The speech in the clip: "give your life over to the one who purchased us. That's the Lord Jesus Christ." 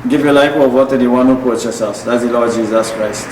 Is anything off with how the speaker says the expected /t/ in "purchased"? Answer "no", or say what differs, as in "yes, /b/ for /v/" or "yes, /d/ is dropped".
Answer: yes, /t/ is dropped